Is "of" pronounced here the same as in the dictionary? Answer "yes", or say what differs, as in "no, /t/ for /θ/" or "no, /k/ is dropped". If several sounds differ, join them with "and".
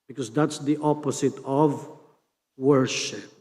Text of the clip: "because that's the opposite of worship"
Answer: yes